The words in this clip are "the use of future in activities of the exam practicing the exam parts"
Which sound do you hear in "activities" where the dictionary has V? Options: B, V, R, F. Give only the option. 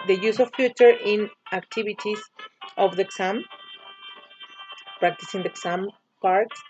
B